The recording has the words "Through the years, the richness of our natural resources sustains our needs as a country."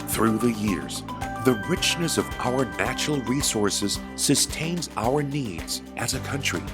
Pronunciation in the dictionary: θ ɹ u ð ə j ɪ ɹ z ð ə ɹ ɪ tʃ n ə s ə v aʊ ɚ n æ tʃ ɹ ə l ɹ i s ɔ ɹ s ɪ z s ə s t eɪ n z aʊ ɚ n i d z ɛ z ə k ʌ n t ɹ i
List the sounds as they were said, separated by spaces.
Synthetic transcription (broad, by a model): θ ɹ u ð ə j ɪ ɹ z ð ə ɹ ɪ tʃ n ə s ə v aʊ ɚ n æ tʃ ɹ l ɹ i s ɔ ɹ s ɪ z s ə s t eɪ n z aʊ ɚ n i d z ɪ z ə k ʌ n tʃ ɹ i